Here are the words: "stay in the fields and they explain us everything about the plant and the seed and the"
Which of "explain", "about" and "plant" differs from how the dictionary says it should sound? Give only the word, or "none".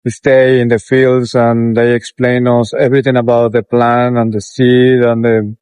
plant